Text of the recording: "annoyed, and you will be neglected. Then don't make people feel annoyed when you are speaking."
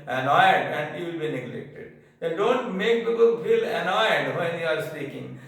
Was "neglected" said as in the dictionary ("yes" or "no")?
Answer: yes